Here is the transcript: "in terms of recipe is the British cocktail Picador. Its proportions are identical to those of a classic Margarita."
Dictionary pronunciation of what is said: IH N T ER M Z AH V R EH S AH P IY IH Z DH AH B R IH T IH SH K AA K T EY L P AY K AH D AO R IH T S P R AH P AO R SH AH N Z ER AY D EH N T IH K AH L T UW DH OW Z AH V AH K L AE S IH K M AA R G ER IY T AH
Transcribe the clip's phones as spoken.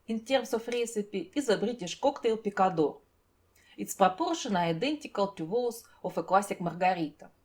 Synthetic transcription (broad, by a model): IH N T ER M S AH F R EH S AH P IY IH Z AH B R IH T IH SH K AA K T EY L P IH K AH D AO R IH T S P R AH P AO R SH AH N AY D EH N T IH K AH L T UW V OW S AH F AH K L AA S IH K M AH R G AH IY T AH